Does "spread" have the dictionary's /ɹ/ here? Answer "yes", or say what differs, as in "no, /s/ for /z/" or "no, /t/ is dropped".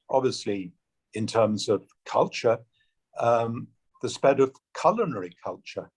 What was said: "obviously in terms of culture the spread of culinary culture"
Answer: no, /ɹ/ is dropped